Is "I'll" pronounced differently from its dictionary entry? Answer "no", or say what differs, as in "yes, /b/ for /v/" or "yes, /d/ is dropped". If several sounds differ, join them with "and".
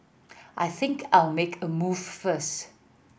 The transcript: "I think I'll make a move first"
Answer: no